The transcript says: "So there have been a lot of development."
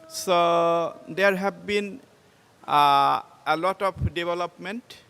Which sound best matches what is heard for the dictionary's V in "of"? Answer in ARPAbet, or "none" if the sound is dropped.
P